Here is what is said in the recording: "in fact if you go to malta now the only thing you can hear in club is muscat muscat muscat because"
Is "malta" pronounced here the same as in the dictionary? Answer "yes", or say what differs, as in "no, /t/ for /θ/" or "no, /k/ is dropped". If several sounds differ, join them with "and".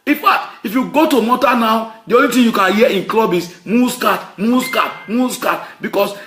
no, /l/ is dropped